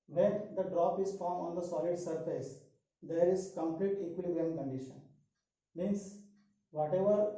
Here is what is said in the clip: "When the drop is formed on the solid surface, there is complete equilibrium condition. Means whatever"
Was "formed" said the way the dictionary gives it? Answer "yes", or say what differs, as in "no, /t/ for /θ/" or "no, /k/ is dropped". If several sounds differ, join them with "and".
no, /d/ is dropped